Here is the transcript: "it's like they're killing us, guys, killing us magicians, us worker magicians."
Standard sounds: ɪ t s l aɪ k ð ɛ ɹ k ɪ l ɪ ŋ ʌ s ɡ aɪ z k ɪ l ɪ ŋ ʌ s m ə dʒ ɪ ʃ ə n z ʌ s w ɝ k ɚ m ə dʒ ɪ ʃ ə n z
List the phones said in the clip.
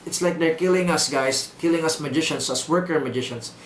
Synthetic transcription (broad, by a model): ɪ t s l aɪ k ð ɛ ɹ k ɪ l ɪ ŋ ʌ s ɡ aɪ s k ɪ l ɪ ŋ ʌ s m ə dʒ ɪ ʃ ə n s ʌ s w ɝ k ɚ m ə dʒ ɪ ʃ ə n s